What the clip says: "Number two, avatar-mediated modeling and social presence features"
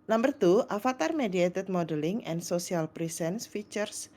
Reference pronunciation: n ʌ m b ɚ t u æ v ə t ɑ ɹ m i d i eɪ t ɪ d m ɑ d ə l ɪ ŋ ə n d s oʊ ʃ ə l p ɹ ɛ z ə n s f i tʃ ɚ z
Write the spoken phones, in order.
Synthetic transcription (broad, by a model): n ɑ m b ɚ t u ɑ f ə t ɑ ɹ m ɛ d i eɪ t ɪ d m ɑ d ə l ɪ ŋ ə n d s oʊ s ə l p ɹ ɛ s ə n s f i tʃ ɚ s